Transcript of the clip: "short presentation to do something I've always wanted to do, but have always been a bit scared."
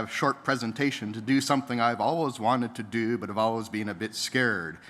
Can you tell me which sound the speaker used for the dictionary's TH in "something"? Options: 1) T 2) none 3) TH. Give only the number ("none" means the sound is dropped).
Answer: 3